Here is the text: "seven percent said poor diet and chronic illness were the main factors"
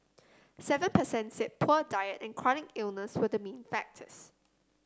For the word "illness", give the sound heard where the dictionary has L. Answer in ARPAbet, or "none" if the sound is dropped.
L